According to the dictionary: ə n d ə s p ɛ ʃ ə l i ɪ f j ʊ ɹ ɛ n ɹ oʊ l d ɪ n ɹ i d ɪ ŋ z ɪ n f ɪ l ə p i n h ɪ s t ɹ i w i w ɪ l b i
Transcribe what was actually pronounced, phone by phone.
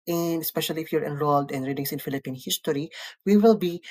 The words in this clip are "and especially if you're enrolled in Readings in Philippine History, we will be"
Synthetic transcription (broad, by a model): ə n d ə s p ɛ ʃ ə l i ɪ f j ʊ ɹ ɛ n ɹ oʊ l d ɪ n ɹ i d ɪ ŋ s ɪ n f ɪ l ə p i n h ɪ s t ɹ i w i w ɪ l b i